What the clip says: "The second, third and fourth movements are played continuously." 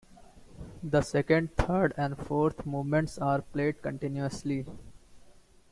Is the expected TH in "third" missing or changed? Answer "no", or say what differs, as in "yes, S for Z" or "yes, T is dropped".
yes, T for TH